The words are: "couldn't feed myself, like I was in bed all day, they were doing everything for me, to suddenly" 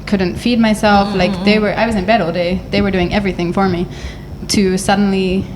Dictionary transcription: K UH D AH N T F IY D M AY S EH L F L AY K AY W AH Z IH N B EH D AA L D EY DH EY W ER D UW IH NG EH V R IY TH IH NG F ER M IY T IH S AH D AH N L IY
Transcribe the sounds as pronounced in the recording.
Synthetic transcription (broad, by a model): K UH D N T F IY D M AY S EH L F L AY K AY W AH Z IH N B EH D AA L D EY DH EY W ER D UW IH NG EH V R IY TH IH NG F ER M IY T IH S AH D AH N L IY